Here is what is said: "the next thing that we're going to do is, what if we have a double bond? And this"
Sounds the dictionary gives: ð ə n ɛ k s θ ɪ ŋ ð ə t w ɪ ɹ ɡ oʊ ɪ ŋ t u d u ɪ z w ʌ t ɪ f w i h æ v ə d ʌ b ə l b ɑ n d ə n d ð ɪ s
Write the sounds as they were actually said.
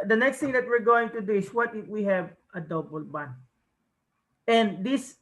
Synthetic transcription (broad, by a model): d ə n ɛ k s t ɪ ŋ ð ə t w ɪ ɹ ɡ oʊ ɪ ŋ t u d u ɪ s w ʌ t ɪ w i h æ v ə d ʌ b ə l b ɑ n ə n d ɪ s